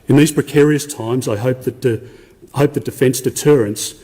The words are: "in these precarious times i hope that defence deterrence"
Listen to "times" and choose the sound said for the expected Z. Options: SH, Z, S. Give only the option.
Z